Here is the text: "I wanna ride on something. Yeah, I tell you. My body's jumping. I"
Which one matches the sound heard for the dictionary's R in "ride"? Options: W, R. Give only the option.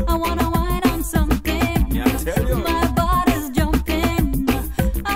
W